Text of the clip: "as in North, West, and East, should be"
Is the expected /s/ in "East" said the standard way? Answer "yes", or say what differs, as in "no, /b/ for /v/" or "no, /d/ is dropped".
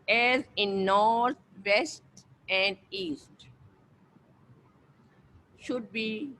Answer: yes